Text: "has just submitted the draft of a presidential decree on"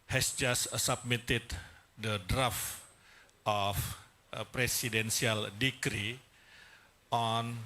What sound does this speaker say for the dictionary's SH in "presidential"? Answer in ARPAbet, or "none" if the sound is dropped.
S